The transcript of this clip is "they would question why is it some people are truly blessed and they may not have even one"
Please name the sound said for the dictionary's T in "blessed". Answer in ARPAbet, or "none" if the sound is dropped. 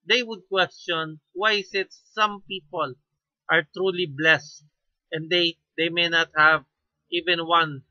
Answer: T